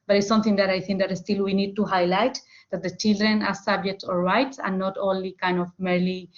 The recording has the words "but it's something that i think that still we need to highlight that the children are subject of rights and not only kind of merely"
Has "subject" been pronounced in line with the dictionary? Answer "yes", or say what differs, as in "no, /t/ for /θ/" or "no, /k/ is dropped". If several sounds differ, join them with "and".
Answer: yes